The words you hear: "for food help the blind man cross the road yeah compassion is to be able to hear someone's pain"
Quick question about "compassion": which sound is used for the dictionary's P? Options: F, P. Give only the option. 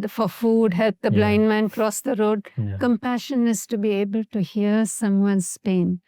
P